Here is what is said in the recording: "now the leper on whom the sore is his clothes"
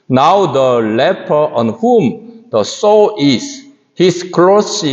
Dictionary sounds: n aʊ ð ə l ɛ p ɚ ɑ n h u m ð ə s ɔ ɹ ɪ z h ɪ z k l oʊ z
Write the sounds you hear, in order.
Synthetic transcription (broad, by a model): n aʊ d ə l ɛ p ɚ ɑ n h u m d ə s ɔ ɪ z h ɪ s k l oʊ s